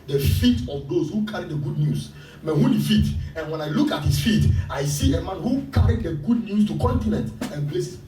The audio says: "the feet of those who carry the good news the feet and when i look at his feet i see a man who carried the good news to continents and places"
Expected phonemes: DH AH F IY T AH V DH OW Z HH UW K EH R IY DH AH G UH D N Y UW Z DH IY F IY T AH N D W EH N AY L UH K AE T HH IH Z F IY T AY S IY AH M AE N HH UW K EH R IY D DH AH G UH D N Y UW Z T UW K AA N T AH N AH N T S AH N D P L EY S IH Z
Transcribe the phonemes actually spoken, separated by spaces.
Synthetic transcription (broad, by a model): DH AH F IY T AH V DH OW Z HH UW K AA R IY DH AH G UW D N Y UW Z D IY F IY T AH N W EH N AY L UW K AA T HH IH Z F IY T AY S IY AH M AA N HH UW K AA R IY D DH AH G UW D N Y UW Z T UW K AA N T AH N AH N T AH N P L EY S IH